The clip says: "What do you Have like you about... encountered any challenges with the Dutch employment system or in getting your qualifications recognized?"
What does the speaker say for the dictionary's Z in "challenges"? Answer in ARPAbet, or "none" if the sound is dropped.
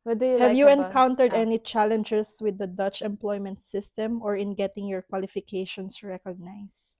S